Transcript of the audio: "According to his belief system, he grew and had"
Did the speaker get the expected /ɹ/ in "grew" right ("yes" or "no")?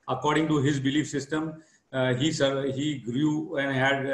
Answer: yes